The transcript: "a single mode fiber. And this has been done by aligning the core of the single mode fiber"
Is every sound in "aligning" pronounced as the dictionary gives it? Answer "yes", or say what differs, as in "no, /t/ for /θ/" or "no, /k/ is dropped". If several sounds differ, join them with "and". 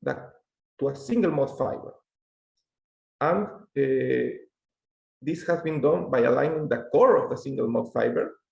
yes